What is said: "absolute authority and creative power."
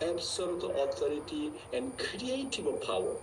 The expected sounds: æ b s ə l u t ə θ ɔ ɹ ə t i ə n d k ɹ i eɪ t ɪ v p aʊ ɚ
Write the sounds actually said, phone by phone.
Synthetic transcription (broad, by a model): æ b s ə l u t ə t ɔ ɹ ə t i ə n d k ɹ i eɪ t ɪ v p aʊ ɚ